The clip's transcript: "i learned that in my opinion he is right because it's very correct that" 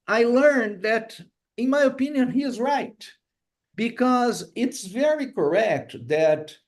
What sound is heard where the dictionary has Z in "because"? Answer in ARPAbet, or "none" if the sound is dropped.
Z